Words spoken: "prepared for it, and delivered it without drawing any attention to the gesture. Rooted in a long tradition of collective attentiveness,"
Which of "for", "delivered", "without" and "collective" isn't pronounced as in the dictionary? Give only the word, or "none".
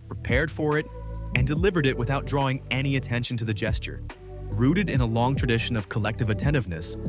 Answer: none